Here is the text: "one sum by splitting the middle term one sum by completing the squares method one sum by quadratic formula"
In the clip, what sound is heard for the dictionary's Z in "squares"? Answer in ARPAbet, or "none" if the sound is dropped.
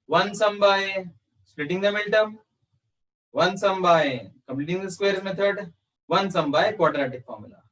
none